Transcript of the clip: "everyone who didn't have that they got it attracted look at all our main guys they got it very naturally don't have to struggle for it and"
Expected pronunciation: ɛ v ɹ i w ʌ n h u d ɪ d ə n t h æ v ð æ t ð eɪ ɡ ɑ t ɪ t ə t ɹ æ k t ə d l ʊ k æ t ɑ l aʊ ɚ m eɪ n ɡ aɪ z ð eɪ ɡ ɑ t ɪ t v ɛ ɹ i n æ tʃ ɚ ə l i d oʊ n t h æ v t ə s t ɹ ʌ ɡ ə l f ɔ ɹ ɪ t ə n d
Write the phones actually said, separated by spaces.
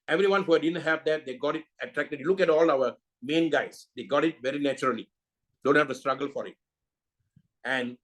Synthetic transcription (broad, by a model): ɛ v ɹ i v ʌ n h u d ɪ d ə n t h æ v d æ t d eɪ ɡ ɑ t ɪ t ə t ɹ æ k t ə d l ʊ k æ t ɑ l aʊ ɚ m eɪ n ɡ aɪ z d eɪ ɡ ɑ t ɪ t v ɛ ɹ i n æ tʃ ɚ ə l i d oʊ n t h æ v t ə s t ɹ ʌ ɡ ə l f ɔ ɹ ɪ t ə n d